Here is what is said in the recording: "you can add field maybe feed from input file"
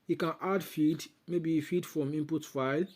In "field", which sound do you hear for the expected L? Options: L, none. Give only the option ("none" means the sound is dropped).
none